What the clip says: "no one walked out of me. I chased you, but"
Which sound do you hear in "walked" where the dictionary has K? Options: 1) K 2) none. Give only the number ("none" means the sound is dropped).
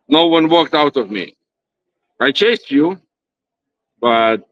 1